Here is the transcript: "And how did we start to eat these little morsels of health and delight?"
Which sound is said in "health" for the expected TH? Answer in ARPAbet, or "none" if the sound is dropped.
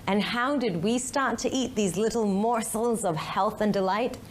TH